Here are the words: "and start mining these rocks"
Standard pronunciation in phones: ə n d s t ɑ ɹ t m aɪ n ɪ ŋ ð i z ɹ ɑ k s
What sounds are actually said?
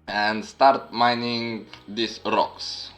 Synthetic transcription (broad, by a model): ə n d s t ɑ ɹ t m aɪ n ɪ ŋ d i s ɹ ɑ k s